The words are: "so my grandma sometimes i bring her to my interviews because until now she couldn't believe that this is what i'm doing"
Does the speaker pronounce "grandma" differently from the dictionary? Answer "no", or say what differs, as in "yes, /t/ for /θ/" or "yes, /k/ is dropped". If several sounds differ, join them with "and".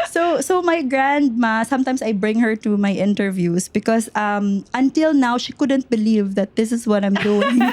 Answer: no